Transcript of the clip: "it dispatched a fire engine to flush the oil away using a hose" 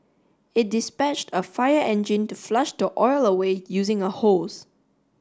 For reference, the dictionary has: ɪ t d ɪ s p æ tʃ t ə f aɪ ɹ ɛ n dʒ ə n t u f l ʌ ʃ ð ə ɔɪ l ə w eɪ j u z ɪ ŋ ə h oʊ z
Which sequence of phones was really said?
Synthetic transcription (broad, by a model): ɪ t d ɪ s p æ tʃ t ə f aɪ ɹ ɛ n dʒ ə n t u f l ʌ ʃ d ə ɔɪ l ə w eɪ j u z ɪ ŋ ə h oʊ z